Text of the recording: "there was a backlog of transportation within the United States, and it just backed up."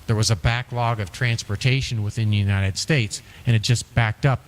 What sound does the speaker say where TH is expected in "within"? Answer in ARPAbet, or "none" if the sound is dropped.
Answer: TH